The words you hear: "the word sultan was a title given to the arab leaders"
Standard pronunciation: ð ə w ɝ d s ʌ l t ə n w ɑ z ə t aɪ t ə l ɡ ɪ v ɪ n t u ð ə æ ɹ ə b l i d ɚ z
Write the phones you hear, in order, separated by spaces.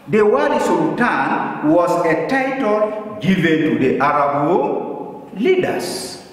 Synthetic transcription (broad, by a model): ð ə w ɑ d s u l t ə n w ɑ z ə t aɪ t ə l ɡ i v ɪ n t u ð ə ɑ ɹ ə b l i d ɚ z